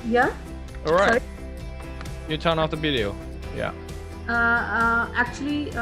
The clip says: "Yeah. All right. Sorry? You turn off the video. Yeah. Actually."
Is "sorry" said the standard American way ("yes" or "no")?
no